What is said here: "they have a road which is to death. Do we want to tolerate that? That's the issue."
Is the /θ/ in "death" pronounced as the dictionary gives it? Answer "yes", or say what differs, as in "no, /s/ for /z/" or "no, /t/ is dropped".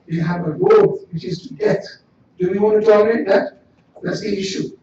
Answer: no, /t/ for /θ/